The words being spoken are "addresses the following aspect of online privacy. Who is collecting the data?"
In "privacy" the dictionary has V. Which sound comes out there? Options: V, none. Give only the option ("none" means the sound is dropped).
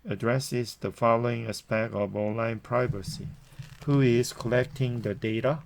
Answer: V